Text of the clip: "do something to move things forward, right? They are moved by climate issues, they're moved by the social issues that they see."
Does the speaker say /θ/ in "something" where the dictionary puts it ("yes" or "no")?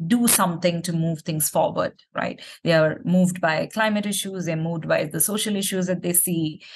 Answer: no